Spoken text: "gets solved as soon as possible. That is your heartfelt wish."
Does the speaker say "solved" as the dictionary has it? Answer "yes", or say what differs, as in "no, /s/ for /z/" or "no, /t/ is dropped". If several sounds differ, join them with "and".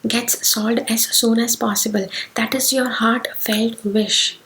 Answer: no, /v/ is dropped